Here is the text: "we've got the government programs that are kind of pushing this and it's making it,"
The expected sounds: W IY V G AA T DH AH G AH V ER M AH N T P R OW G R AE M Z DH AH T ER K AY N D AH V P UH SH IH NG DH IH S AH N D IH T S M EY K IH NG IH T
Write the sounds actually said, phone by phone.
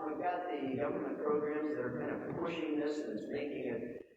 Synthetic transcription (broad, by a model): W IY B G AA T DH AH G AH V ER M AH N P R OW G R AE M Z DH AH T ER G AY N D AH P UH SH IH NG DH IH S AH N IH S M EY K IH NG IH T